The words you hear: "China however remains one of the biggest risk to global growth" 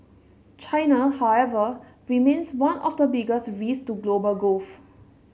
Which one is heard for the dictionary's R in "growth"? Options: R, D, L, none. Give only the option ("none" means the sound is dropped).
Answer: none